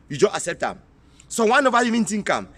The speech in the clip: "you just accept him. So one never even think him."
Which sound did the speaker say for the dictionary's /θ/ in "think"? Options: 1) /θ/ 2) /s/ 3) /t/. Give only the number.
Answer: 3